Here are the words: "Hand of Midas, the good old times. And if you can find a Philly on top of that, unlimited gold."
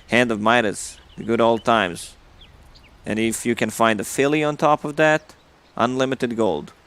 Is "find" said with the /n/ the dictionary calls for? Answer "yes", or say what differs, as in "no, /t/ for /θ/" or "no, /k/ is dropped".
yes